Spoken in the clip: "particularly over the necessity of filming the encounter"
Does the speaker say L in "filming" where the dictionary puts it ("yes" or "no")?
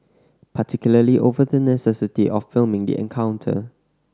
yes